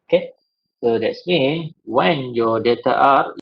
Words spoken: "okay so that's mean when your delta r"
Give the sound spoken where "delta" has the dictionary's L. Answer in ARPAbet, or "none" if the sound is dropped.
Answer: none